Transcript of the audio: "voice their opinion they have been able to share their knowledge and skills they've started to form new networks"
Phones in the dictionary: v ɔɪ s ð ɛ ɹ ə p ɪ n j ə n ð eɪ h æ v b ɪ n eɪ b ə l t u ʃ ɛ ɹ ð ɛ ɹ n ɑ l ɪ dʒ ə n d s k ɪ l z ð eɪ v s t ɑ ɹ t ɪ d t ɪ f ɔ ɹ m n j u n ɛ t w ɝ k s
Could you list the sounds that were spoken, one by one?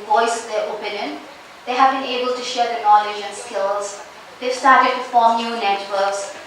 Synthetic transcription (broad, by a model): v ɔɪ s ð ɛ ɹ ə p ɪ n j ə n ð eɪ h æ v b ɪ n eɪ b ə l t u ʃ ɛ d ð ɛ n ɑ l ɪ dʒ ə n s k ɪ l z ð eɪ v s t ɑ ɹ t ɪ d t ɪ f ɔ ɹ m n j u n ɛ t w ɝ k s